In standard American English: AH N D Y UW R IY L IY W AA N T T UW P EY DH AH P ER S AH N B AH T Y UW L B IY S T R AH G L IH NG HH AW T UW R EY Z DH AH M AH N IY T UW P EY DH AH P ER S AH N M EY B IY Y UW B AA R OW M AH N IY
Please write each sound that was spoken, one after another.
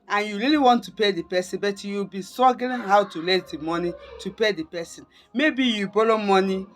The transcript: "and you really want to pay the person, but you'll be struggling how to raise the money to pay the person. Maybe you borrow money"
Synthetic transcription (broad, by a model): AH N Y UW R IY L IY W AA N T T UW P EY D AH P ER S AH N B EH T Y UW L B IY S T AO G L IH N HH AW T UW L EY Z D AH M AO N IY T UW P EY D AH P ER S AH N M EY B IY Y UW B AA L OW M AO N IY